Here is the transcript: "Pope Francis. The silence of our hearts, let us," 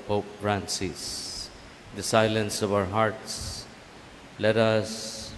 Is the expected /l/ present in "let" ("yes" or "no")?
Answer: yes